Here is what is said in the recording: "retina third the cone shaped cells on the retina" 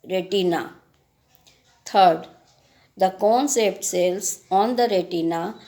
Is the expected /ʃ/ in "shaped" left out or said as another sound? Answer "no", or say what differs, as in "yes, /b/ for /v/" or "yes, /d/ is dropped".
yes, /s/ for /ʃ/